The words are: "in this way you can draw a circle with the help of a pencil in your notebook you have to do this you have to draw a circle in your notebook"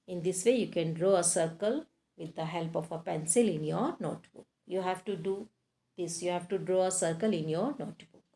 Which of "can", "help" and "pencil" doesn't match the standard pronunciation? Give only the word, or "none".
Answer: none